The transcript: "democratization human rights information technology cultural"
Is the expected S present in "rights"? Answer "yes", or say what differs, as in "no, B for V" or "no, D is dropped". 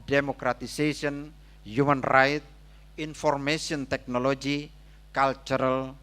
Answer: no, S is dropped